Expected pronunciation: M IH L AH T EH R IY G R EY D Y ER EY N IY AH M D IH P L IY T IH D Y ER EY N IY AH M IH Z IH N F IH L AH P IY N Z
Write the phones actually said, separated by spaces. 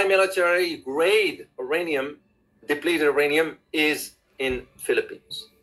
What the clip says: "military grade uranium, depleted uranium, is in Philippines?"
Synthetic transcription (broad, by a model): M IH L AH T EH R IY G R EY D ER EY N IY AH M D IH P L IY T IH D EY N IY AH M IH Z IH N F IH L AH P IY N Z